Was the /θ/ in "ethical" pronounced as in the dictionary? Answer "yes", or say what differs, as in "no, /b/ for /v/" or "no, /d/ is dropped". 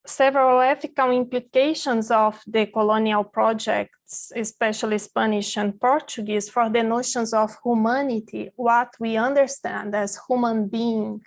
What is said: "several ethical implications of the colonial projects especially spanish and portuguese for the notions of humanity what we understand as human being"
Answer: no, /f/ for /θ/